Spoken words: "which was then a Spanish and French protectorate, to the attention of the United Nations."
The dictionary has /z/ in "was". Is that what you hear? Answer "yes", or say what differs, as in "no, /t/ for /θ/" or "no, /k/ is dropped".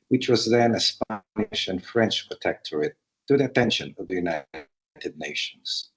yes